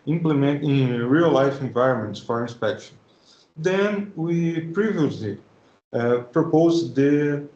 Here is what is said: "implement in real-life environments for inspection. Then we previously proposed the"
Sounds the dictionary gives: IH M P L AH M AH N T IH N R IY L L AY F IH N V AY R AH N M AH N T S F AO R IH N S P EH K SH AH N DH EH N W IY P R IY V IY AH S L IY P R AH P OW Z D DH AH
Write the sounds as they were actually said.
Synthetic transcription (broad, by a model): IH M P L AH M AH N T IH R IY L L AY F IH N V AY R AH N M AH N T S F AO R IH N S P EH K SH AH N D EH N W IY P R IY V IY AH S L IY P R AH P OW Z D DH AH